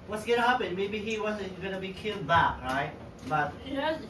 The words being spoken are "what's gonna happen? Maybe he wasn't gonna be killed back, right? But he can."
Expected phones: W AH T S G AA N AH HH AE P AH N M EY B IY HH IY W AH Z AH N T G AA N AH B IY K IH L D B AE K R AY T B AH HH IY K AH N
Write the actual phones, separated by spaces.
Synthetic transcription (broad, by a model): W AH T S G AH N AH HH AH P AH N M EY B IY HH IY W AH Z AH N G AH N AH B IY K IH L D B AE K R AY T B AH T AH